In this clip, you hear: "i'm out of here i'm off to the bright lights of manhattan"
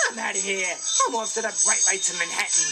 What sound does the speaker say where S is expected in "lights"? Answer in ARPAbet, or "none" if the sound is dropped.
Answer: none